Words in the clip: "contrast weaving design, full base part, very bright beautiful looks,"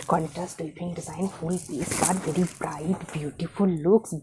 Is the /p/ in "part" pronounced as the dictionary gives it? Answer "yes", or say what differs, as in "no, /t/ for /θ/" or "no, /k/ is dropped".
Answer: no, /b/ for /p/